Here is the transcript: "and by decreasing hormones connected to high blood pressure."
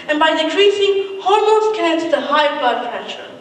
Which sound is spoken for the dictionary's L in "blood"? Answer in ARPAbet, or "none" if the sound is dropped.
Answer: none